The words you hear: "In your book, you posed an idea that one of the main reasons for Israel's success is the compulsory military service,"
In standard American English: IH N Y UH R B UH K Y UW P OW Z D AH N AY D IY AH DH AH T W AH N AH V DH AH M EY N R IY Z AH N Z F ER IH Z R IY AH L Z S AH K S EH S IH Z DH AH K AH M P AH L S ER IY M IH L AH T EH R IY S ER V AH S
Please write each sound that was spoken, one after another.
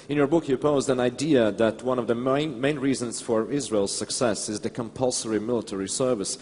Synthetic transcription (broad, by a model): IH N Y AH R B UH K Y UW P OW Z D AH N AY D IY AH DH AH T W AH N AH V DH AH M EY N R IY Z AH N Z F ER IH Z R IY AH L Z S AH K S EH S IH Z DH AH K AH M P AH L S ER IY M IH L AH T EH R IY S ER V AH S